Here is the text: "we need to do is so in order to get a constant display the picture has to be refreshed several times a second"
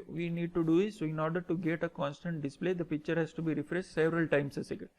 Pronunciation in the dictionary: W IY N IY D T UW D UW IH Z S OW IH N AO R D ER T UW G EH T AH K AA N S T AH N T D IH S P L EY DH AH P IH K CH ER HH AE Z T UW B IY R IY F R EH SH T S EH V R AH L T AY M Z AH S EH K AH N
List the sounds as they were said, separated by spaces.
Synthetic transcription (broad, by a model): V IY N IY D T UW D UW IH S OW IH N AO R D ER T UW G EH T AH K AA N S T AH N T D IH S P L EY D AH P IH K CH ER HH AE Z T UW B IY R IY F R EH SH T S EH V R AH L T AY M S AH S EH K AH